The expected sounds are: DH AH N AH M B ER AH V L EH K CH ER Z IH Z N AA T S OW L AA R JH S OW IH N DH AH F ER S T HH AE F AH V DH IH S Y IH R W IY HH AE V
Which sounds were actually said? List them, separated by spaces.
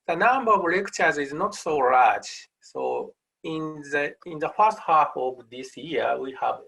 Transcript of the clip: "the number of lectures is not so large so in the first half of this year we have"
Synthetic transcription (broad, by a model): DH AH N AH M B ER AH V L EH K CH ER Z IH Z N AA T S OW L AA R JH S OW IH N DH AH F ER S T HH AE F AH V DH IH S Y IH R W IY HH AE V